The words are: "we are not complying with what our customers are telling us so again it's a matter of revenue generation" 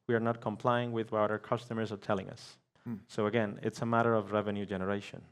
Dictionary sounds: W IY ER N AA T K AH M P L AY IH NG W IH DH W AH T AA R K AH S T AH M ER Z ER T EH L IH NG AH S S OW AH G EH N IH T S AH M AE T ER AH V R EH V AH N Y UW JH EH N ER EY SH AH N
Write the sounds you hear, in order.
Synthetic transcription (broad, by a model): W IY ER N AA T K AH M P L AY IH NG W IH DH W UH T AA R K AH S T AH M ER Z ER T EH L IH NG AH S S OW AH G EH N IH T S AH M AE T ER AH V R EH V AH N Y UW JH EH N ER EY SH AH N